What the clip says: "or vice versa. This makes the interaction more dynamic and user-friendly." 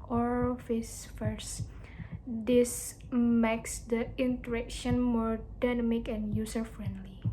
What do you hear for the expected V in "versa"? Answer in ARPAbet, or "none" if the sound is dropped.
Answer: F